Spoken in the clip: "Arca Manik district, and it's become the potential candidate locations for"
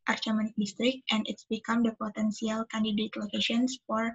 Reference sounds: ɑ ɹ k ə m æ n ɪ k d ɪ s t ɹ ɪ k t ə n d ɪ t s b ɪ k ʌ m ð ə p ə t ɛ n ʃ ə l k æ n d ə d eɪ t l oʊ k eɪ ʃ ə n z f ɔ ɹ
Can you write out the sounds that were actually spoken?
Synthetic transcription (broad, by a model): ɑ ɹ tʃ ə m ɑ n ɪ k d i s t ɹ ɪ k t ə n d ɪ t s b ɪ k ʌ m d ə p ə t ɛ n s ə l k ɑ n d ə d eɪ t l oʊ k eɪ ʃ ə n s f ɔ ɹ